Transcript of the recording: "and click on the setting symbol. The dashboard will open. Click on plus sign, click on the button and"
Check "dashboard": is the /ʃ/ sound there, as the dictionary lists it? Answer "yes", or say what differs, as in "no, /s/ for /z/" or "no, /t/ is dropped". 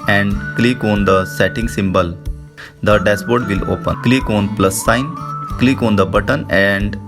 no, /s/ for /ʃ/